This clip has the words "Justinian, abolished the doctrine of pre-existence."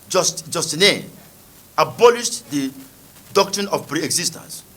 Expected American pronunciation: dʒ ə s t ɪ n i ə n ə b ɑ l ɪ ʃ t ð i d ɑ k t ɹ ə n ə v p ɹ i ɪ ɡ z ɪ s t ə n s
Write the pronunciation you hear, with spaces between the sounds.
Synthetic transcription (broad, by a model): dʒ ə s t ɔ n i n ə b ɑ l ɪ ʃ t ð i d ɑ k t ɹ ə n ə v p ɹ i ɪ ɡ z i s t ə n s